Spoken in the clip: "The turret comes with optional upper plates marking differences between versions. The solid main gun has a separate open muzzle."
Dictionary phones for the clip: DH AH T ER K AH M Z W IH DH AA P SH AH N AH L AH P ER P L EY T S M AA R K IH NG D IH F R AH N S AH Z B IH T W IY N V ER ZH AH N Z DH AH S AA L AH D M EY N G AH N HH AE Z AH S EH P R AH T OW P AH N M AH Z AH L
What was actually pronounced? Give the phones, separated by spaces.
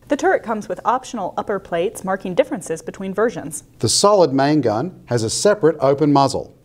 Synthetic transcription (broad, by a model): DH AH T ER K AH M Z W IH DH AA P SH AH N L AH P ER P L EY T S M AA R K IH NG D IH F R AH N S AH Z B IH T W IY N V ER ZH AH N Z DH AH S AA L AH D M EY N G AH N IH Z AH S EH P R AH T OW P AH N M AH Z L